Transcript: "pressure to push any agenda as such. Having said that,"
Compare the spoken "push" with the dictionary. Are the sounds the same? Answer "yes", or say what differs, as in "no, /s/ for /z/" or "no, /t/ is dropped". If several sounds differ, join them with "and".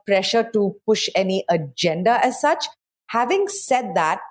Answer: yes